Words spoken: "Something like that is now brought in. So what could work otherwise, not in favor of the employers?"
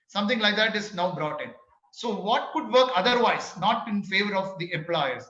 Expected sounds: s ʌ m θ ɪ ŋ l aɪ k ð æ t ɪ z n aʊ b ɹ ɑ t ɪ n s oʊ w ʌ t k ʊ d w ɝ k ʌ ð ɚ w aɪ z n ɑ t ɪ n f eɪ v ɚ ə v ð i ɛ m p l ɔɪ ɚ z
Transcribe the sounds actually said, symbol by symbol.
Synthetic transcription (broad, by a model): s ʌ m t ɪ ŋ l aɪ k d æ t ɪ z n aʊ b ɹ ɑ t ɪ n s oʊ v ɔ t k ʊ d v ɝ k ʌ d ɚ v aɪ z n ɑ t ɪ n f eɪ v ɚ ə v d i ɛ m p l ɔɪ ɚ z